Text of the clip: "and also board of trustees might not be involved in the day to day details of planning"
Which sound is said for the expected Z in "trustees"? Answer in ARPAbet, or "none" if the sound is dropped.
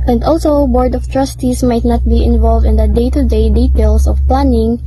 S